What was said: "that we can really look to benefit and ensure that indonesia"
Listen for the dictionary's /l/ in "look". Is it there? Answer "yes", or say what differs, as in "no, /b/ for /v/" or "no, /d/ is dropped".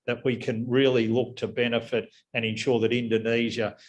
yes